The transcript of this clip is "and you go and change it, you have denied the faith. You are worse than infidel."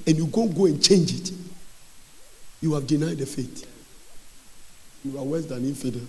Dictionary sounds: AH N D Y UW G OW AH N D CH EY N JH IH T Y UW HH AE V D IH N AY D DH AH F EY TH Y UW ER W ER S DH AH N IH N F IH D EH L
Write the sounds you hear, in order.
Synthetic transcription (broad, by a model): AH N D Y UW G OW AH N CH EY N JH IH T Y UW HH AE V D IH N AY D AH F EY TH Y UW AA W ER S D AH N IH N F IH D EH